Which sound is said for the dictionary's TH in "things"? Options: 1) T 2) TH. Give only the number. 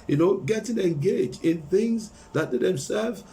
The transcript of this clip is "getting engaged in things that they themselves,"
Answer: 2